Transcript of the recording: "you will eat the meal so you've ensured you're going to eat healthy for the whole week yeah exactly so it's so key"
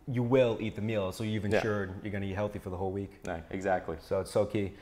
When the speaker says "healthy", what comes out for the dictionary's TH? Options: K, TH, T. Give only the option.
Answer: TH